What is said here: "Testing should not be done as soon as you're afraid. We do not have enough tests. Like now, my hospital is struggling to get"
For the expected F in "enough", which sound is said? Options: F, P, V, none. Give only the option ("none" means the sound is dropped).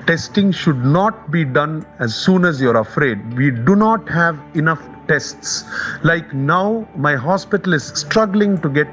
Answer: F